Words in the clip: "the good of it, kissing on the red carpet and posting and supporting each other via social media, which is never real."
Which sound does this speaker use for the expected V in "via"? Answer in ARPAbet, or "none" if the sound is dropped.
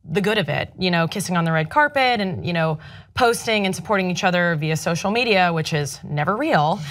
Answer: V